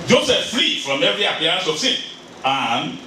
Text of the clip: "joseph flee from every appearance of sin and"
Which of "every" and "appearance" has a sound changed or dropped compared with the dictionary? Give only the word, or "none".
appearance